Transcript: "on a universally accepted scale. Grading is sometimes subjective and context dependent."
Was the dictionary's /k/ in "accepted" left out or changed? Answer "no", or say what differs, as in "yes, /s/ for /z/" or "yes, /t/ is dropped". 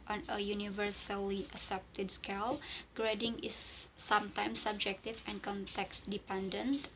yes, /k/ is dropped